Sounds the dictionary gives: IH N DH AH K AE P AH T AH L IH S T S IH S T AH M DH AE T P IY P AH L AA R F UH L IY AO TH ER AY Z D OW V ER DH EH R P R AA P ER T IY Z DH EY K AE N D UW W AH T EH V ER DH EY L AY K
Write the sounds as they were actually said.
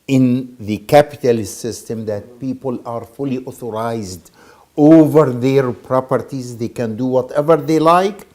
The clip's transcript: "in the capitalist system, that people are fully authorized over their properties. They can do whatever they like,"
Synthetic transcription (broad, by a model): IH N DH AH K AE P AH T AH L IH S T S IH S T AH M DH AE T P IY P AH L AA R F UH L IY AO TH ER AY Z D OW V ER DH EH R P R AA P ER T IY Z DH EY K AE N D UW W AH T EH V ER DH EY L AY K